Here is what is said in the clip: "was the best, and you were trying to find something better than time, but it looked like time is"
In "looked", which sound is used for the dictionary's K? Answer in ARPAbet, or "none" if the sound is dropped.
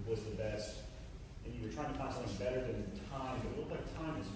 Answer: none